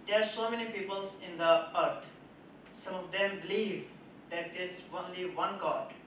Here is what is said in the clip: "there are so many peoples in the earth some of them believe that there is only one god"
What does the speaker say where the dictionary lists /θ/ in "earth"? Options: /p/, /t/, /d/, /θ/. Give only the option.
/t/